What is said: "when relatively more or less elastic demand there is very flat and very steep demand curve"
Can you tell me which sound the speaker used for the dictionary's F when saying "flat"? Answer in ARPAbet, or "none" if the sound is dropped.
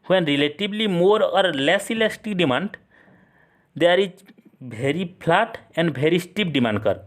P